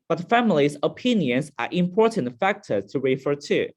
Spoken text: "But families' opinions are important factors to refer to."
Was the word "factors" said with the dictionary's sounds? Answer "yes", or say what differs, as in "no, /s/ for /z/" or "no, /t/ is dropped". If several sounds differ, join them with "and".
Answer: no, /z/ is dropped